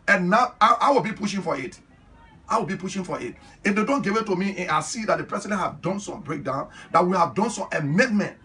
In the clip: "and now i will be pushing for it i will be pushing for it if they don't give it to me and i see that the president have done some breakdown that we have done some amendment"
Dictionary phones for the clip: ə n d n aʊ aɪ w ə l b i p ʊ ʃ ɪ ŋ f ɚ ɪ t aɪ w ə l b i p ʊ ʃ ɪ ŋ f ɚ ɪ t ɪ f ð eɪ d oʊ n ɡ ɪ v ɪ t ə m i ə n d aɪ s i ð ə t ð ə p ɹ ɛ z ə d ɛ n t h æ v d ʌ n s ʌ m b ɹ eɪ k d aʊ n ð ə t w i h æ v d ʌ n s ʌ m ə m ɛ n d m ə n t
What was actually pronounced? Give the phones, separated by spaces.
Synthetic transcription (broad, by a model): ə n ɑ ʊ aʊ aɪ w ə l b i p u ʃ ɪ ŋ f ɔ ɪ t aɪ w ə l b i p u ʃ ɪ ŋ f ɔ ɪ t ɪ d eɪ d oʊ n ɡ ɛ w ɪ t ə m i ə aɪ s i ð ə t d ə p ɹ ɛ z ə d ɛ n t h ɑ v d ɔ n s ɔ m b ɹ eɪ k d aʊ n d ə t w i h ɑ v d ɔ n s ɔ m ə m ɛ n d m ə n t